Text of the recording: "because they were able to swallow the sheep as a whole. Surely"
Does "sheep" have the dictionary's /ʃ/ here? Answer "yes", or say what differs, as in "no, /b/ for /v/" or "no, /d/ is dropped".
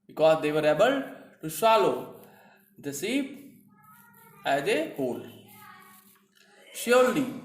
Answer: no, /s/ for /ʃ/